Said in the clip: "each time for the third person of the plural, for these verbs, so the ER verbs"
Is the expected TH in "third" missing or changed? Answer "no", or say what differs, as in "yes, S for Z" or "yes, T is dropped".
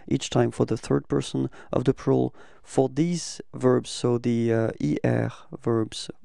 no